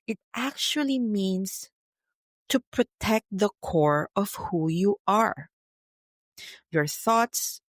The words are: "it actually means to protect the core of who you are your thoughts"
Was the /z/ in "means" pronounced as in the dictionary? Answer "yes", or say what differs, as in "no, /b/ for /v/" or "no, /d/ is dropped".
no, /s/ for /z/